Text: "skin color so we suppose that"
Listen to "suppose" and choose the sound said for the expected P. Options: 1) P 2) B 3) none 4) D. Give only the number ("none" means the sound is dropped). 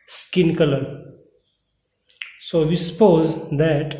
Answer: 1